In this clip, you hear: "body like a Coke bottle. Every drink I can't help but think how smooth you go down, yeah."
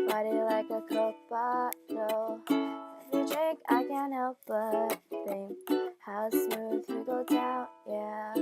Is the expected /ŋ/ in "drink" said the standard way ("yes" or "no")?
no